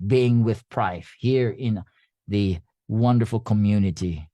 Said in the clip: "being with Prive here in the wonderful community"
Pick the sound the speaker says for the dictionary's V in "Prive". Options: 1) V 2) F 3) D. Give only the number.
2